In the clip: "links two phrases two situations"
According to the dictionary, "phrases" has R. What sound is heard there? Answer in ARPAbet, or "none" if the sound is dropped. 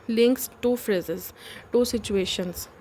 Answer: R